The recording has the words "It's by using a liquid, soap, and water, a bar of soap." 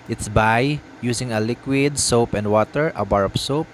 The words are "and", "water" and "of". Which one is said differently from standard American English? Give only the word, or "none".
of